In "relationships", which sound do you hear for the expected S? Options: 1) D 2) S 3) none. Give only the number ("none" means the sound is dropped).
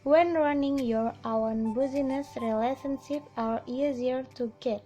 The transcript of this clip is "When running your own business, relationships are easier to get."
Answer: 3